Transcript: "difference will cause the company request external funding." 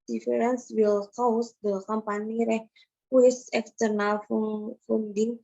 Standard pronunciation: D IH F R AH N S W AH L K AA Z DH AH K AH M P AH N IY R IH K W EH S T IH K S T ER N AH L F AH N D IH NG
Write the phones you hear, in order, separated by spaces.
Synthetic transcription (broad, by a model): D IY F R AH N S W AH L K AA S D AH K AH M P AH N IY R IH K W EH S IH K T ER N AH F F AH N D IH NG